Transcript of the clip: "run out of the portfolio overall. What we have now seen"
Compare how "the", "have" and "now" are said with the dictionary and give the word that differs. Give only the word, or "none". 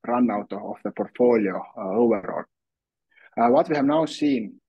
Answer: none